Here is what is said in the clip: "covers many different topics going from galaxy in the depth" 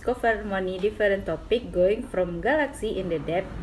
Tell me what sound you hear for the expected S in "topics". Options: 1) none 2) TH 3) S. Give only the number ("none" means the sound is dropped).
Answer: 1